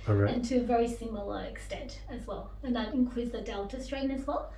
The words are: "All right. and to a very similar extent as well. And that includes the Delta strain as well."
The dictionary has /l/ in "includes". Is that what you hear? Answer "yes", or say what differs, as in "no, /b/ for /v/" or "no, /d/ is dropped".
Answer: no, /w/ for /l/